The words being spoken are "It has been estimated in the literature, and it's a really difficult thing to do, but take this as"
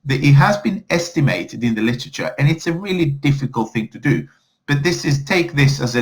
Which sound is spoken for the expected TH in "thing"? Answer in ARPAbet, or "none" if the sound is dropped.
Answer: TH